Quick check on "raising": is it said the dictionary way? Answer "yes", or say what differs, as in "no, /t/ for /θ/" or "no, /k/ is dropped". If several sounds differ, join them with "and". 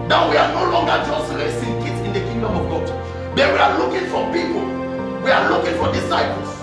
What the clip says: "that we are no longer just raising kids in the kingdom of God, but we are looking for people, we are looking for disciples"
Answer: no, /s/ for /z/